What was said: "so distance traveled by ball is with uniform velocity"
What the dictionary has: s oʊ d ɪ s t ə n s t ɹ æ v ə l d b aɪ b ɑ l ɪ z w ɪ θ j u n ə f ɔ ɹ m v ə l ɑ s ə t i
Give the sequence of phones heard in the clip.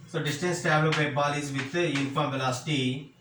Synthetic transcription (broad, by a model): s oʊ d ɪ s t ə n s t æ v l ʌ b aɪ b ɑ l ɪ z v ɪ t j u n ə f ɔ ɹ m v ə l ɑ s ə t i